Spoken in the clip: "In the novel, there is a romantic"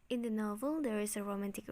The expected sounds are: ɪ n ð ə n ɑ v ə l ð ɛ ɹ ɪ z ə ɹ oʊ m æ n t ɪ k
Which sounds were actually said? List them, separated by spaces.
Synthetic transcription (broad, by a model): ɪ n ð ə n ɑ v ə l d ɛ ɹ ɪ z ə ɹ oʊ m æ n t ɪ k